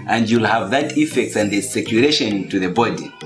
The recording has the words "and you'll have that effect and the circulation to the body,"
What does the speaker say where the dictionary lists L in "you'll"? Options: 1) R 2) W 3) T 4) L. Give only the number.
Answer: 4